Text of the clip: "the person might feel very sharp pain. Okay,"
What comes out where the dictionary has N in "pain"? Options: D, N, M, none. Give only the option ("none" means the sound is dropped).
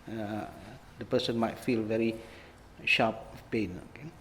N